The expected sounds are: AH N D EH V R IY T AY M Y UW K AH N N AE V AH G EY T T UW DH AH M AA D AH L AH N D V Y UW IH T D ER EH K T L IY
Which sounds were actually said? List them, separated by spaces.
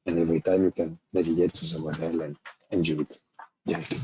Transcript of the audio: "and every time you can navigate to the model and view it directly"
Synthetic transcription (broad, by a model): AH N EH V R IY T AY M Y UW K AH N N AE V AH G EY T S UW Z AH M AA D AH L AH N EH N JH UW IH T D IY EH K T